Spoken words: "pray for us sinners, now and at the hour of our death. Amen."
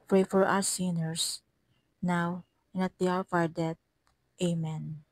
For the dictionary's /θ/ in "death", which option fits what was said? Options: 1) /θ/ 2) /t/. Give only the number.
2